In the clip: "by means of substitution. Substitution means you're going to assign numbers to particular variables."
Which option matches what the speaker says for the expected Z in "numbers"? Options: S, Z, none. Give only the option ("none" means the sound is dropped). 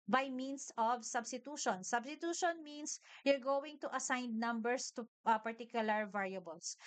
S